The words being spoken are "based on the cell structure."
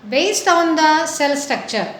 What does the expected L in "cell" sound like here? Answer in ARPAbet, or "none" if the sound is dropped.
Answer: L